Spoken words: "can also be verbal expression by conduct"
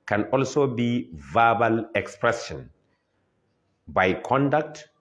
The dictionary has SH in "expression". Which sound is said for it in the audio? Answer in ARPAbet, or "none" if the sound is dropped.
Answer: S